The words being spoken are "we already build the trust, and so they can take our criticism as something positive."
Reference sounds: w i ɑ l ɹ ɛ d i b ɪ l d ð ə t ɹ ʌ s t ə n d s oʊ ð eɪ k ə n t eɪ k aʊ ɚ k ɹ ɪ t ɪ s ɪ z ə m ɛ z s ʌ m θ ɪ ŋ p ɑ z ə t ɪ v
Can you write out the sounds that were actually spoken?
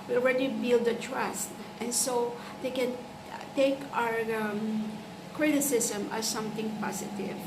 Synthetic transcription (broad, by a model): w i ɑ l ɹ ɛ d i b ɪ l d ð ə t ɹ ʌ s t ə n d s oʊ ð eɪ k ə n t eɪ k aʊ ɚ k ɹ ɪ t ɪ s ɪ s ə m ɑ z s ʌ m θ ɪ ŋ p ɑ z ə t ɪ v